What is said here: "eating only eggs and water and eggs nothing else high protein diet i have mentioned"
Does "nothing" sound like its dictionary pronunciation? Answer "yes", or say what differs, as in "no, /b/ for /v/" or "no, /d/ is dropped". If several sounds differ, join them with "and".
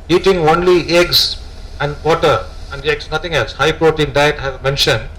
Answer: no, /t/ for /θ/